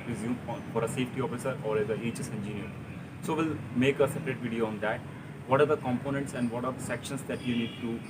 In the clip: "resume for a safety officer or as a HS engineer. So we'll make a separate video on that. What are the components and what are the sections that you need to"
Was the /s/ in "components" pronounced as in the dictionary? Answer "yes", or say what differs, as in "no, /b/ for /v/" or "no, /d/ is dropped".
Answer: yes